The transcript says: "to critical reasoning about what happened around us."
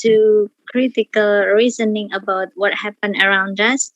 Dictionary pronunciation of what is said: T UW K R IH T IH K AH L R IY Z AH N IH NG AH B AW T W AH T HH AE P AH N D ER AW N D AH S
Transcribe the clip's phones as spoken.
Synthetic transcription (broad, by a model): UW K R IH T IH K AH L R IY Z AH N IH NG AH B AW T W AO T HH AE P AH N ER AW N D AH S